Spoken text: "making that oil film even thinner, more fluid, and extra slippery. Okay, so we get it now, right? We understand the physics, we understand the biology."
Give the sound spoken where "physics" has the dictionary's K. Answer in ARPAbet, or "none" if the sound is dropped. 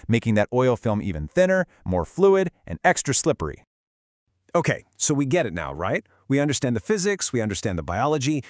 K